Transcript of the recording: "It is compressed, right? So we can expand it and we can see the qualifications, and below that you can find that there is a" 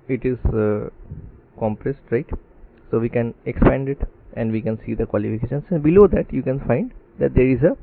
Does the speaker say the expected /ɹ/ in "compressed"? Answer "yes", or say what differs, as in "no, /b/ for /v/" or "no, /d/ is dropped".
yes